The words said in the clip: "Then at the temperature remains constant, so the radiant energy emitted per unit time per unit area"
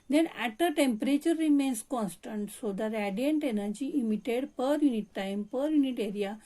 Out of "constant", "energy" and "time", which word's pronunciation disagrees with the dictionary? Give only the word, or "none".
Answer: none